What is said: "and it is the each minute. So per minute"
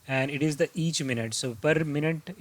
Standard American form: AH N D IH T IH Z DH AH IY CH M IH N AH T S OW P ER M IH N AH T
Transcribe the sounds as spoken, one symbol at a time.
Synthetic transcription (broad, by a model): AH N D IH T IH Z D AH IY CH M IH N AH T S OW P ER M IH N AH T